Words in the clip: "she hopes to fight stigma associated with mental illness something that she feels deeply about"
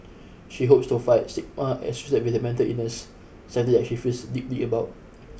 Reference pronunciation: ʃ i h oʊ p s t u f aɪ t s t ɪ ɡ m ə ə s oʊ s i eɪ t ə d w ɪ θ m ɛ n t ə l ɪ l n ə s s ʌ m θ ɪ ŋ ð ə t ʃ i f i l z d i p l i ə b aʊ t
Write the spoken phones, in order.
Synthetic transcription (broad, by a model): ʃ i h oʊ p s t u f aɪ t s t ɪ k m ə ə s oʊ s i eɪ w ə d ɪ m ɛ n t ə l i n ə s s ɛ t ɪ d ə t ʃ i f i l s d i p l i ə b aʊ t